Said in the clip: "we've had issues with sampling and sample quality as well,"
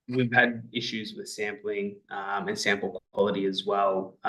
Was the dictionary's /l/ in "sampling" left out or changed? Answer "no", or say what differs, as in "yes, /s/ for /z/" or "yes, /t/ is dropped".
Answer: no